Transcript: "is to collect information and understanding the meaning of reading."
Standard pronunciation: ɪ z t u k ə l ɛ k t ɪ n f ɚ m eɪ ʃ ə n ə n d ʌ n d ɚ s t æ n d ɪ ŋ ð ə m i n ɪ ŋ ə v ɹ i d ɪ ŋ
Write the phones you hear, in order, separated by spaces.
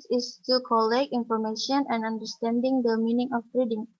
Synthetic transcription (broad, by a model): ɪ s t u k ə l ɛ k ɪ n f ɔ m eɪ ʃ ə n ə n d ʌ n d ɚ s t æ n d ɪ ŋ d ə m i n ɪ ŋ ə p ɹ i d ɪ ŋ